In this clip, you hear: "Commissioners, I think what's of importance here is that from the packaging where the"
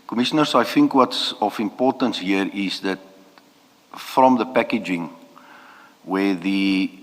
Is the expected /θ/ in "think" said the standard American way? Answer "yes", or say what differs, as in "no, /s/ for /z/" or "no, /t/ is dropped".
yes